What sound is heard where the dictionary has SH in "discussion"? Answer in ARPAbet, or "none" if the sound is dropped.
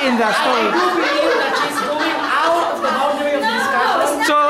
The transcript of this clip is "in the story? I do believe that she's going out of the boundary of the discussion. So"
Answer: none